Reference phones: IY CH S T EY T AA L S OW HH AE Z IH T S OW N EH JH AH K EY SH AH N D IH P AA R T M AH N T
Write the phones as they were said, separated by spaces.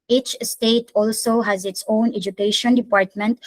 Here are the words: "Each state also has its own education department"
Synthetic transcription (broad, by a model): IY CH S T EY T AA L S OW HH AE Z IH T S OW N EH JH AH K EY SH AH N D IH P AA R T M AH N T